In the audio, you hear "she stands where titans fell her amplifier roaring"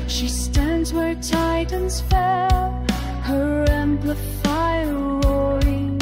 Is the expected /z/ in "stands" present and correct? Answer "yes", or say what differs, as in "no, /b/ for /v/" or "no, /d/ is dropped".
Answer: yes